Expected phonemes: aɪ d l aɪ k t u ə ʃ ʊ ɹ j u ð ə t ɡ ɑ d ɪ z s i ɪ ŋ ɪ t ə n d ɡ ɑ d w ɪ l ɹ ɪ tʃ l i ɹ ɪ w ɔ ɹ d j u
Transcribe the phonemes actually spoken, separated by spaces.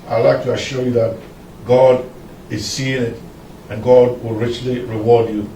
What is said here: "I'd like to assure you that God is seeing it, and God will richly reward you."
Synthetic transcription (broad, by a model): aɪ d l aɪ k t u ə ʃ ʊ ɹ j u ð ə t ɡ ɑ d ɪ z s i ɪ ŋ ɪ t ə n ɡ ɑ d w ɪ l ɹ ɪ tʃ l i ɹ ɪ w ɔ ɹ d j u